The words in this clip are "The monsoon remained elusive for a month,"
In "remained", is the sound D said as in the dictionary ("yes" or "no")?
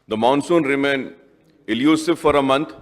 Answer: no